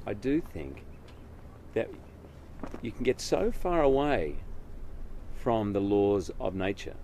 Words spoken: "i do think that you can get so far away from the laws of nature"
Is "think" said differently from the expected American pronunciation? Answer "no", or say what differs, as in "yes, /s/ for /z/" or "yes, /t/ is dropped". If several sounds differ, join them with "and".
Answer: no